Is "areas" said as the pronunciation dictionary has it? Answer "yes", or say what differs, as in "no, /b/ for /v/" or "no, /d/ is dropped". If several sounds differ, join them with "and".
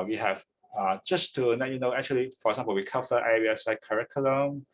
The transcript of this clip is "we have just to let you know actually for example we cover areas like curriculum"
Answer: no, /s/ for /z/